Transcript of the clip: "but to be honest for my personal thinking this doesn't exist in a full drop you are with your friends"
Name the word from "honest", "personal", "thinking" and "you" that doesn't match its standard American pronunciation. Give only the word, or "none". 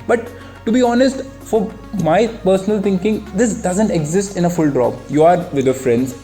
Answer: thinking